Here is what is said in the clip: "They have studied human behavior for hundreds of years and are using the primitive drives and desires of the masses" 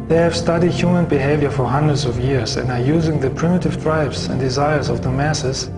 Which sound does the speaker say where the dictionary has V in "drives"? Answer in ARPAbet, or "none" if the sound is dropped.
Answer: B